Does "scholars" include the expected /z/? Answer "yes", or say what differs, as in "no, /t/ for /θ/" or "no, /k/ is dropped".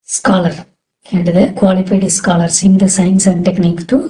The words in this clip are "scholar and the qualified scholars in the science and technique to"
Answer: no, /s/ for /z/